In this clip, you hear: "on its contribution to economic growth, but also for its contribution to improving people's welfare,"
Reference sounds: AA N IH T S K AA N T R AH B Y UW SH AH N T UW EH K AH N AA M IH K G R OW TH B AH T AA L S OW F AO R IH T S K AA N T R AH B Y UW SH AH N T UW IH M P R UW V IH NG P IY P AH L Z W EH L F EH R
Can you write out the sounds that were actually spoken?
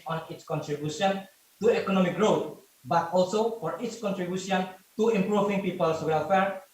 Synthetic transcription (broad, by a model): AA N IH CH K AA N T R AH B Y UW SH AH N T UW EH K AH N AA M IH K G R OW T B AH T AA L S OW F AO R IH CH K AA N T R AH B Y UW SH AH N T UW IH M P R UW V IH NG P IY P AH L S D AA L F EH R